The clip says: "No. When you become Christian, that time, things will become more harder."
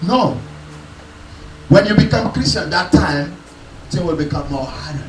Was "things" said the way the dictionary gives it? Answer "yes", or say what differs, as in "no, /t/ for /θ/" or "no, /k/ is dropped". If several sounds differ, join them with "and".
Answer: no, /t/ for /θ/